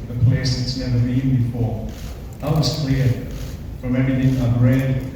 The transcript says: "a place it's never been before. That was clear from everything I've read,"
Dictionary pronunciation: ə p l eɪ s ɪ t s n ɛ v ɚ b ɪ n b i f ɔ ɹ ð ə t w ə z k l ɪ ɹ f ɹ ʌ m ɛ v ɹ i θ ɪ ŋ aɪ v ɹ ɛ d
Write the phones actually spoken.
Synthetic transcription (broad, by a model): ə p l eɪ s ɪ t s n ɛ v ɚ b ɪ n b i f ɔ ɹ ð ə t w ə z k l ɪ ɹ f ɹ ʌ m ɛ ɹ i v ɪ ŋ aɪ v ɹ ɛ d